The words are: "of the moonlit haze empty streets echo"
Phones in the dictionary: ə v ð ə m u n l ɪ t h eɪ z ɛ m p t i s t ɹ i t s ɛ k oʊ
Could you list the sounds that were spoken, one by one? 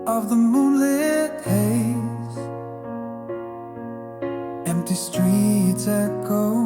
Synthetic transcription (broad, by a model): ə v ð ə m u l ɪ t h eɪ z ɛ m p t i s t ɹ i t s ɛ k oʊ